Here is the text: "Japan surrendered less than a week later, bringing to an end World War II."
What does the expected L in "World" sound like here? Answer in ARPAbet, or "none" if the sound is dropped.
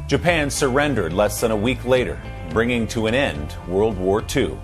L